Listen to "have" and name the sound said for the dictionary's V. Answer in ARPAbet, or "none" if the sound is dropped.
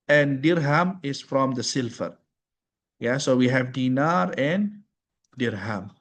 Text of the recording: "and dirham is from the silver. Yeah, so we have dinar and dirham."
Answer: V